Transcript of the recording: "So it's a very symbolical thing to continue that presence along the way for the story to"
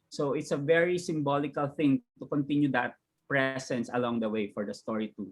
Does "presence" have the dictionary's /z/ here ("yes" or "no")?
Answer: no